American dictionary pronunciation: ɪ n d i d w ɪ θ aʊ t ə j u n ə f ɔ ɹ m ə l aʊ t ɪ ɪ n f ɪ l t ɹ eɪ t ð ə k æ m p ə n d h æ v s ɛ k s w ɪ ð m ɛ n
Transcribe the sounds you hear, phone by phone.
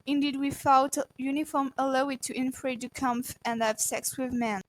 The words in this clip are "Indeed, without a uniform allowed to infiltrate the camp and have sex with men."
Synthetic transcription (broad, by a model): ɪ n d i d w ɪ f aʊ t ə j u n ə f ɔ ɹ m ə l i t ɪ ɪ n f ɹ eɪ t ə k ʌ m f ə n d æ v s ɛ k s w ɪ ð m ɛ n